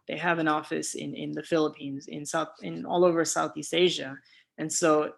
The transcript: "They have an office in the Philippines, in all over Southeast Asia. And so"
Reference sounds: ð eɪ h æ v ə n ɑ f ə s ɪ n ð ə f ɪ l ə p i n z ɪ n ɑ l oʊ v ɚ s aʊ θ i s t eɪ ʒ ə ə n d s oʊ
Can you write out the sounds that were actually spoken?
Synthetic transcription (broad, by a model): ð eɪ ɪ v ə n ɑ f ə s ɪ n ð ə f ɪ l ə p i n z ɪ n ɑ l oʊ v ɚ s aʊ θ i s t eɪ ʒ ə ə n s oʊ